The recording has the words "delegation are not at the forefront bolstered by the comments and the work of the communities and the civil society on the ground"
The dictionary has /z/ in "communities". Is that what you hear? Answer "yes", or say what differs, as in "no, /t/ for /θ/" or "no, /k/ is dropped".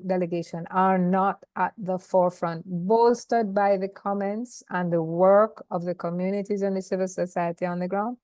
yes